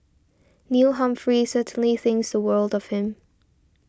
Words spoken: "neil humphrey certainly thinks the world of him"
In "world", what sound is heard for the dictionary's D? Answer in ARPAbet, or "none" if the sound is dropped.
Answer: D